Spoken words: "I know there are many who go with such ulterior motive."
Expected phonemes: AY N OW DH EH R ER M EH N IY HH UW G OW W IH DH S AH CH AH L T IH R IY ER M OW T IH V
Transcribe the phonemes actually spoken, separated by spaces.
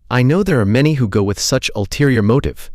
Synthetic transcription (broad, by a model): AY N OW DH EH R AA M EH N IY HH UW G OW W IH DH S AH CH AH L T IH R IY ER M OW T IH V